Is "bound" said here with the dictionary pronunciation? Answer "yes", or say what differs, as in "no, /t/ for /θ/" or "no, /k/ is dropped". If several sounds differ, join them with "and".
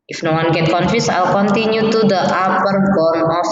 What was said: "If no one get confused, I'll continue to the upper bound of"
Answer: no, /d/ is dropped